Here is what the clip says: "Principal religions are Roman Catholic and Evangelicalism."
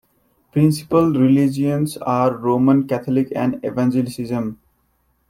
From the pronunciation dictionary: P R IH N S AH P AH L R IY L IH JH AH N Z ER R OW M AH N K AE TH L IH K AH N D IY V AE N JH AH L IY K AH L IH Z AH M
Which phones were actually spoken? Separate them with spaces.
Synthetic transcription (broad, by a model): P R IH N S AH P AH L R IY L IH JH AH N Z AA R OW M AH N K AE T L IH K AH N D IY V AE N JH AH L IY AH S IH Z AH M